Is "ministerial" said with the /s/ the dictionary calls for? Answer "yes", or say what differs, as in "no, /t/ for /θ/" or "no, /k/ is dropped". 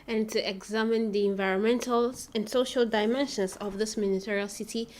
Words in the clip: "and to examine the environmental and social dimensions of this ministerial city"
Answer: no, /s/ is dropped